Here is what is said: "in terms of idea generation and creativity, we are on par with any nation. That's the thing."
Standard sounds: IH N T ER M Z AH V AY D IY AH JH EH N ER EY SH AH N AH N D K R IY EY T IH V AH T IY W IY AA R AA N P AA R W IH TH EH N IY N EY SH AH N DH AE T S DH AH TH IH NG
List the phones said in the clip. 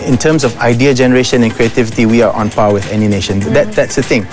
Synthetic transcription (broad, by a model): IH N T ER M S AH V AY D IY AH JH EH N ER EY SH AH N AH N K R IY EY T IH V AH T IY W IY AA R AA N P AA W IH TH EH N IY N EY SH AH N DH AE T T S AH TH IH NG